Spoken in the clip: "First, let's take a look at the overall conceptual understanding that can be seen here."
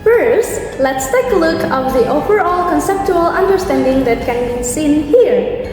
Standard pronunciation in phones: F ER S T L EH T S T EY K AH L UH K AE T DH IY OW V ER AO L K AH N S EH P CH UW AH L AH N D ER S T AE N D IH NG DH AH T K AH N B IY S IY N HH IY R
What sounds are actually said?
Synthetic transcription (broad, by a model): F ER S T L EH T S T EY K AH L UH K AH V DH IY OW V ER AO L K AH N S EH P CH UW AH L AH N D ER S T AE N D IH NG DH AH T K AH N B IY S IY N HH IY R